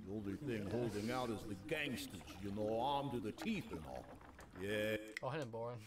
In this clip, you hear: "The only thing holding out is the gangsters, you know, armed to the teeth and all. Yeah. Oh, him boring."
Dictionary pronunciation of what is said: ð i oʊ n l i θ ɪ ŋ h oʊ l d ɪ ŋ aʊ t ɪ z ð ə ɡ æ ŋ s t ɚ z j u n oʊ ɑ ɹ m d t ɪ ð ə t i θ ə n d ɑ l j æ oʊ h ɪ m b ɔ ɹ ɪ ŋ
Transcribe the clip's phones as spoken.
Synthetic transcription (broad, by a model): i oʊ n l i θ ɪ ŋ h oʊ l d ɪ ŋ aʊ t ɪ z ð ə ɡ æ ŋ s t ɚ j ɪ n oʊ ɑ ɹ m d t ɪ ð ə t i θ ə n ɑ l j æ oʊ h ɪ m b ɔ ɹ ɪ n